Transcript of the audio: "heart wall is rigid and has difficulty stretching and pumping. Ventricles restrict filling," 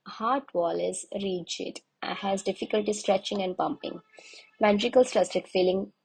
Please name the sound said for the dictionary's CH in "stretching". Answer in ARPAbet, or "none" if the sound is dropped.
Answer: CH